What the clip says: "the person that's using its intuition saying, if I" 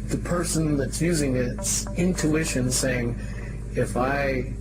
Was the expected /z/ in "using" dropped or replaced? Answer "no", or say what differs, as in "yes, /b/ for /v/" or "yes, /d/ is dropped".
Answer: no